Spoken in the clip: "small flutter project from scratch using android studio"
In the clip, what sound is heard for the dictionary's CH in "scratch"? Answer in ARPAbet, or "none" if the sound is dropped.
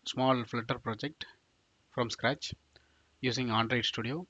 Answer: CH